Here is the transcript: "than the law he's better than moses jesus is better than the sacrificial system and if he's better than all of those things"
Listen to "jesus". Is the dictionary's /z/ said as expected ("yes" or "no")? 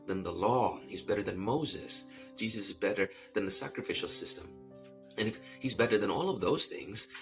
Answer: yes